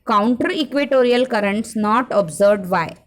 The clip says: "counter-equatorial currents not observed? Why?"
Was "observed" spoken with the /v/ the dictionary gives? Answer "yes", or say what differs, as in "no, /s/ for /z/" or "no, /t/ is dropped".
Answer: no, /v/ is dropped